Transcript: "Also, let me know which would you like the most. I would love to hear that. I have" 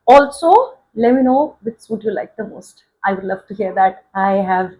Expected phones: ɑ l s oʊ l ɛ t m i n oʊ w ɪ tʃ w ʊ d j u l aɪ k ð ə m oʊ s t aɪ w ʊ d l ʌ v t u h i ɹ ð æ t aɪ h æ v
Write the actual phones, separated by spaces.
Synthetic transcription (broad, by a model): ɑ l s oʊ l ɛ t m i n oʊ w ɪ s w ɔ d j u l aɪ k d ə m oʊ s t aɪ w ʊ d l ʌ v t u h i ɹ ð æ t aɪ h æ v